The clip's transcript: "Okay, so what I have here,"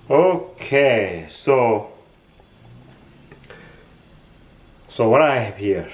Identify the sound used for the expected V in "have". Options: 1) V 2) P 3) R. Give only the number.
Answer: 2